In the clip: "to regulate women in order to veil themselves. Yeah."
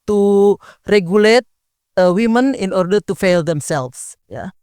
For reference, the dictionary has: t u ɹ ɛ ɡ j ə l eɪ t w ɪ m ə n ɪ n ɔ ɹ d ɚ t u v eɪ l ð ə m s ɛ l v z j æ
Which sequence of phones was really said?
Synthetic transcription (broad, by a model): t u ɹ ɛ ɡ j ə l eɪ t w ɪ m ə n ɪ n ɔ ɹ d ɚ t u f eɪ l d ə m s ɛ l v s j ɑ